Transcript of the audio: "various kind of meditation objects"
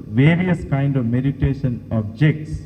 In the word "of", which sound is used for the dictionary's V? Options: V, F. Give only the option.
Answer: V